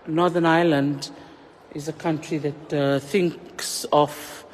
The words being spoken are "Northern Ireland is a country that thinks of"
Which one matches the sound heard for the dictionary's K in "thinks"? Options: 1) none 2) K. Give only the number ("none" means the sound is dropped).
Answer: 2